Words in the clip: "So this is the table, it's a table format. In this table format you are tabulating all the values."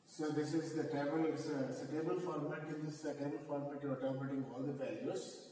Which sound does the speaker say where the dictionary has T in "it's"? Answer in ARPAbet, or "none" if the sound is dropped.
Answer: S